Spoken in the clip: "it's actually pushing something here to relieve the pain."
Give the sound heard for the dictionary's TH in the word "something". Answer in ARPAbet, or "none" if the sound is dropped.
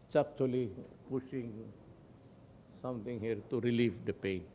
T